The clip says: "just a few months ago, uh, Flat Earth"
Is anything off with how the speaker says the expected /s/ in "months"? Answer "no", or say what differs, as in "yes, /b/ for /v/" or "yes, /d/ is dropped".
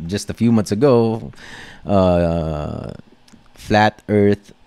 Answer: no